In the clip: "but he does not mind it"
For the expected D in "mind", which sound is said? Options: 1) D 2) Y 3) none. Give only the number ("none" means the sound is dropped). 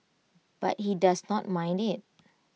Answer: 1